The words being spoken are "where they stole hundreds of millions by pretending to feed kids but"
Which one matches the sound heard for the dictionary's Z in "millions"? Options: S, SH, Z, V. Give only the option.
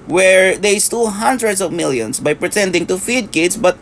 S